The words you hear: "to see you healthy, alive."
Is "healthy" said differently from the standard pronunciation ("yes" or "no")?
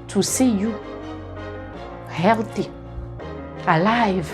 yes